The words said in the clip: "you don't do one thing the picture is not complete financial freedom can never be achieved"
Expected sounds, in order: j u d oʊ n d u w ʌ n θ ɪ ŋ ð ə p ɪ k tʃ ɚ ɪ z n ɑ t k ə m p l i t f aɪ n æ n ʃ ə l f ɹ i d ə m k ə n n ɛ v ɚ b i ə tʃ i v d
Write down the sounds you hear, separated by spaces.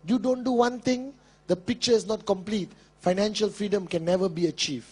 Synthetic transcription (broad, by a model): j u d oʊ n d u w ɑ n t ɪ ŋ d ə p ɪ k tʃ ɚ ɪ s n ɑ t k ə m p l i t f aɪ n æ n ʃ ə l f ɹ i d ə m k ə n n ɛ v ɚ b i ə tʃ i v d